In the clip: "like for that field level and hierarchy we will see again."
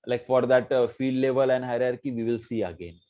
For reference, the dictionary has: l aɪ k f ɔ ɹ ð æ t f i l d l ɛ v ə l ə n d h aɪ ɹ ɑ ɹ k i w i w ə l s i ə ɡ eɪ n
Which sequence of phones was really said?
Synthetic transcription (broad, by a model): l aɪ k f ɔ ɹ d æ t f i d l ɛ v ə l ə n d h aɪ ɹ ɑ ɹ k i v i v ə l s i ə ɡ eɪ n